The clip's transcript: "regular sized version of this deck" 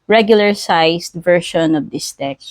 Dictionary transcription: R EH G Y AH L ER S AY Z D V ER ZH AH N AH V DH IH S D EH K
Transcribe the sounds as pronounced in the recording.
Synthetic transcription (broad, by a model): R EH G Y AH L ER S AY S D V ER SH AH N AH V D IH S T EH K